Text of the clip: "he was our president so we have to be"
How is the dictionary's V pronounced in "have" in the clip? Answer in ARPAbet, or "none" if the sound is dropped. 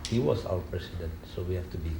F